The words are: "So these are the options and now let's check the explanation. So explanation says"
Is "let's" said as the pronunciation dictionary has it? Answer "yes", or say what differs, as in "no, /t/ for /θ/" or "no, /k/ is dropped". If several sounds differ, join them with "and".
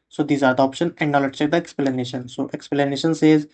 no, /s/ is dropped